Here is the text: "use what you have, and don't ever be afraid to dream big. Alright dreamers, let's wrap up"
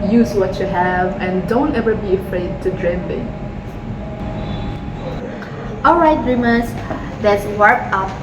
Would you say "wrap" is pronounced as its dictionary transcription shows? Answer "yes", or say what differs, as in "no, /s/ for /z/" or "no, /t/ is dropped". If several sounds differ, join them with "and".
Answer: no, /w/ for /ɹ/